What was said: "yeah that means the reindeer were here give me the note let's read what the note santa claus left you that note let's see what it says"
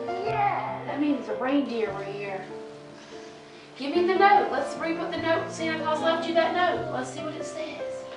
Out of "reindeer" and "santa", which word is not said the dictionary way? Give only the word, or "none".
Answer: santa